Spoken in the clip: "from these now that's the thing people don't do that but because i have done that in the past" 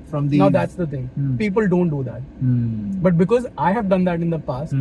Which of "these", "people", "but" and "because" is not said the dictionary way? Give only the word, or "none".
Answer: these